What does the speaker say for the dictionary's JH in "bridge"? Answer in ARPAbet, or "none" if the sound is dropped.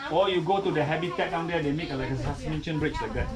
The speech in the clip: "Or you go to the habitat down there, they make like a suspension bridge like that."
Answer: CH